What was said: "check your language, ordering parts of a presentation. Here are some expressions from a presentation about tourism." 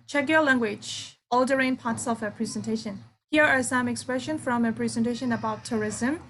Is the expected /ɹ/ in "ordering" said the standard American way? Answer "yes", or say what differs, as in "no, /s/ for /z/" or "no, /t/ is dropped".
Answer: no, /l/ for /ɹ/